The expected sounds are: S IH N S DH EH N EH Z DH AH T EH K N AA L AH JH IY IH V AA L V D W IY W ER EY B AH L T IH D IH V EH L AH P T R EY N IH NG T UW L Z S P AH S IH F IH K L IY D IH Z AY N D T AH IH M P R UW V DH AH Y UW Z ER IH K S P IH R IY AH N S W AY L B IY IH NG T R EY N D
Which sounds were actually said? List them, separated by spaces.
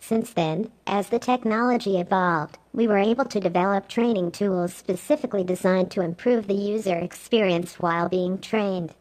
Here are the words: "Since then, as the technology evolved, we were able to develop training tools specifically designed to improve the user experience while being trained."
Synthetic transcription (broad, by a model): S IH N S DH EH N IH Z DH AH T EH K N AA L AH JH IY IH V AA L V D W IY W ER EY B AH L T IH D IH V EH L AH P T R EY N IH NG T UW L Z S P AH S IH F IH K L IY D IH Z AY N T AH IH M P R UW V DH AH Y UW Z ER IH K S P IH R IY AH N S W AY L B IY IH NG T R EY N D